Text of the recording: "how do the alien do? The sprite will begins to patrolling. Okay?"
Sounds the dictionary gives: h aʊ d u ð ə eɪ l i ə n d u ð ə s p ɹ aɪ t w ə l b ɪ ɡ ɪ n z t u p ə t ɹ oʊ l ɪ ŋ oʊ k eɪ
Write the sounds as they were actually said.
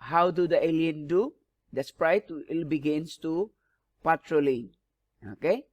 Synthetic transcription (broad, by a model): h aʊ d u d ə eɪ l i ə n d u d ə s p ɹ aɪ t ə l b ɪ ɡ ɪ n s t u p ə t ɹ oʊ l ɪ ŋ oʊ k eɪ